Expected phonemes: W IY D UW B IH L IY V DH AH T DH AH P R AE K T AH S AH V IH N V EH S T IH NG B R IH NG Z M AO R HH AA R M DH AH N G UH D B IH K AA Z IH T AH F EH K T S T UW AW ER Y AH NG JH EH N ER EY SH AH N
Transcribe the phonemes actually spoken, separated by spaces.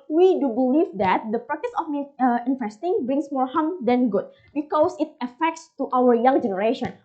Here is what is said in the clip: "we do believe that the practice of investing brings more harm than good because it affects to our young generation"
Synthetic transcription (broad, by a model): W IY D UW B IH L IY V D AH T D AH P R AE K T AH S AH F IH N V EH S T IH NG B R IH NG S M AO R HH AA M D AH N G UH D B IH K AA S IH T AH F EH K T S T UW AW ER Y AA NG JH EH N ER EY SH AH N